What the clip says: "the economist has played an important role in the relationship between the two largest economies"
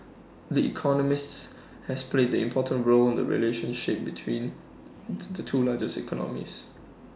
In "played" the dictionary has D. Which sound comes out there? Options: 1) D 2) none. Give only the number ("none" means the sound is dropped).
1